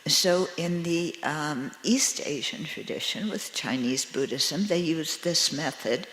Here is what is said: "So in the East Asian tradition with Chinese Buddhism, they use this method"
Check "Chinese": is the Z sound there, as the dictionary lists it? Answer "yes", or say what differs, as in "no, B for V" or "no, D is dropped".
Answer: yes